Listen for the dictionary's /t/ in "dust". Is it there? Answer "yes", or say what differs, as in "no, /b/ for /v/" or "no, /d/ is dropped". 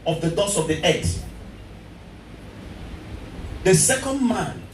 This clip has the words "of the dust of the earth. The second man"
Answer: no, /t/ is dropped